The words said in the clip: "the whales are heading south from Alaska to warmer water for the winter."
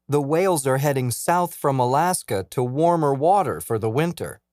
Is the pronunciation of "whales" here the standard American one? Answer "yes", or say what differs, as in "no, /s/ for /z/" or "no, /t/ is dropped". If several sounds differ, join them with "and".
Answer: yes